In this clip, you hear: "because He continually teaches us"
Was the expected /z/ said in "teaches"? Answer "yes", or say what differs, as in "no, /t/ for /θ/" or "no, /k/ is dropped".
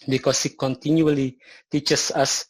no, /s/ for /z/